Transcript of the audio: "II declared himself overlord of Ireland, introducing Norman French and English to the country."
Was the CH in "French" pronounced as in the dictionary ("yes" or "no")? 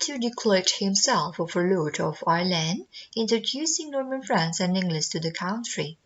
no